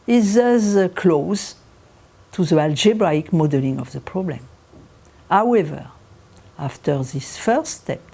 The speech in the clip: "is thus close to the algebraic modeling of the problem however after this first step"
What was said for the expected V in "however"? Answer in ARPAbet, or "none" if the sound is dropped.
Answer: V